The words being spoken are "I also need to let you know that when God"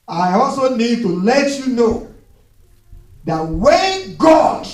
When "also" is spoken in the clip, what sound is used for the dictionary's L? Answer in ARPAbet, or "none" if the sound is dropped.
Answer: L